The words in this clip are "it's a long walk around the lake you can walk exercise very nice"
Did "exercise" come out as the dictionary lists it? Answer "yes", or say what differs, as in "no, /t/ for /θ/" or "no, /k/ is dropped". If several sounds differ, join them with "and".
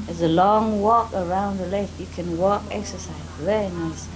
yes